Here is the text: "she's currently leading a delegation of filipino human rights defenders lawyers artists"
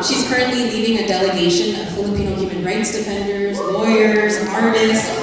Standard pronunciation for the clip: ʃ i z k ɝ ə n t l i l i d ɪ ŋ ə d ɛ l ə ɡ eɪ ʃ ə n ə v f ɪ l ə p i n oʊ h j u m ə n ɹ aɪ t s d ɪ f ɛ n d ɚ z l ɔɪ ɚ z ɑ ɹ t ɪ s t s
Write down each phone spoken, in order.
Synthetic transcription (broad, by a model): ʃ i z k ɝ ə n t l i l i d ɪ ŋ ə d ɛ l ə ɡ eɪ ʃ ə n ə v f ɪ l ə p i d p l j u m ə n ɹ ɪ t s d ɪ f ɛ n d ɚ z l ɔɪ ɚ z ɑ ɹ t ɪ s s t